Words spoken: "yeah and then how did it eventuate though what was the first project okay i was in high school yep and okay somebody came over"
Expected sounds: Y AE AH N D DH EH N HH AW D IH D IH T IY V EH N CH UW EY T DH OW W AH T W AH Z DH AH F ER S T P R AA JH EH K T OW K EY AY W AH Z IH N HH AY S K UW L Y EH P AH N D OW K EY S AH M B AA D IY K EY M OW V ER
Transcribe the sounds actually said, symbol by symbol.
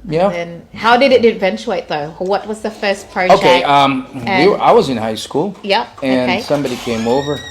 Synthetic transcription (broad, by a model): Y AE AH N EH N HH AW D IH D IH T IY V EH N CH UW EY T DH OW W AH T W AH Z DH AH F ER S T P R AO EH OW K EY AY W AH Z IH N HH AY S K UW L Y EH P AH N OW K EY S AH M B AA D IY K EY M OW V ER